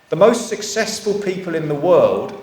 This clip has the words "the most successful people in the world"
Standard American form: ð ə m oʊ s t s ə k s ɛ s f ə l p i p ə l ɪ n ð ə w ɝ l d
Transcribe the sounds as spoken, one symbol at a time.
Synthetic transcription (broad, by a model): ð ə m oʊ s t s ə k s ɛ s f ə l p i p ə l ɪ n ð ə w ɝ l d